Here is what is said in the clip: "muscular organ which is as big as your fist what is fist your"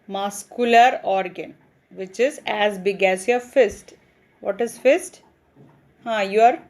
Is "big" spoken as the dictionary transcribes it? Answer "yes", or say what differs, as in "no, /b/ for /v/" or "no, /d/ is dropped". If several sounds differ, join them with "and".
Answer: yes